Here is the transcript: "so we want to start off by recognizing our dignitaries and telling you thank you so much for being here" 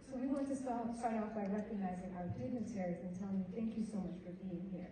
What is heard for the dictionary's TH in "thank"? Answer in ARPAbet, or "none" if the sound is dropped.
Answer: TH